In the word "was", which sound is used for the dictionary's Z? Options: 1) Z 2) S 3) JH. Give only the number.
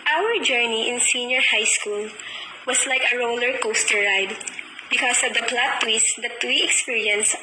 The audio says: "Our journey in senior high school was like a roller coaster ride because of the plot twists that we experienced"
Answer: 2